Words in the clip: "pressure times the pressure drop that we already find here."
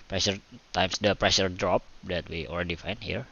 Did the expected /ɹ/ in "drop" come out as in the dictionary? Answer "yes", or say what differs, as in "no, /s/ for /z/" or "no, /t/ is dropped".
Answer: yes